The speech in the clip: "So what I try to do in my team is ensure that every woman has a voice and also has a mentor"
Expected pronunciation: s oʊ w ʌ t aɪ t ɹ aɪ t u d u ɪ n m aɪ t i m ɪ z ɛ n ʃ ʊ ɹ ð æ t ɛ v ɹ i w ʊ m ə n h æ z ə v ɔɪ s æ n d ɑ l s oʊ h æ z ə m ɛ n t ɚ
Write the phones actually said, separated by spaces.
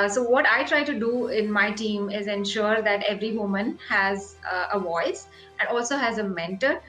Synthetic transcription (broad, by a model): s oʊ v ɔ t aɪ t ɹ aɪ t u d u ɪ n m aɪ t i m ɪ z ɛ n ʃ ʊ ɹ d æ t ɛ v ɹ i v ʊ m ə n h æ z ə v ɔɪ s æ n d ɑ l s oʊ h æ z ə m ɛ n t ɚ